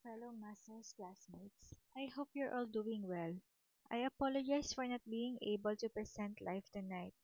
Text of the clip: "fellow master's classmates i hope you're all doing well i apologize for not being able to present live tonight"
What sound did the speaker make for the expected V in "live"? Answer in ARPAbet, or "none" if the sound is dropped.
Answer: F